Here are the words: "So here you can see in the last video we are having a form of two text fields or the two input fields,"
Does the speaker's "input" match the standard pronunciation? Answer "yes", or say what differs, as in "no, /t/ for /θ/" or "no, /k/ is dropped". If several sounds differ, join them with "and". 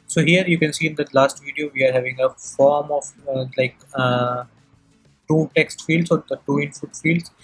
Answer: no, /f/ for /p/